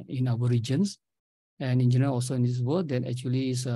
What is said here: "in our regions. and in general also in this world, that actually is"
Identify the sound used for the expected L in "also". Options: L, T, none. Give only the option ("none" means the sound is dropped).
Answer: L